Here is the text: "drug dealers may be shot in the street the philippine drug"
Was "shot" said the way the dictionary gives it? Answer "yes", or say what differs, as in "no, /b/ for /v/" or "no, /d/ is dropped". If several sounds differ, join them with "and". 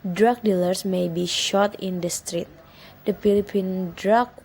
yes